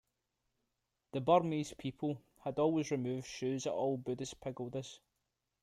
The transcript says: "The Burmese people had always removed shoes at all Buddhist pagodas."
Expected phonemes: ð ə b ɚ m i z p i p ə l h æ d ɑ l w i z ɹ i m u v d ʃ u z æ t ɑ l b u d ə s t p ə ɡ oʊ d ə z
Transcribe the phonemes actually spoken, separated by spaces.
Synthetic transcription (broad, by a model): ð ə b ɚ m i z p i p ə l h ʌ d ɑ l w i z ɹ i m u v d ʃ u z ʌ t ɑ l b u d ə s p ə ɡ oʊ d ə z